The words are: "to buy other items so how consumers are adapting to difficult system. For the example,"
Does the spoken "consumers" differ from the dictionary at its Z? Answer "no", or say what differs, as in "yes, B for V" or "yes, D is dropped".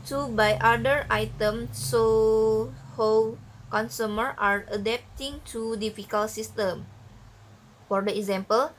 yes, Z is dropped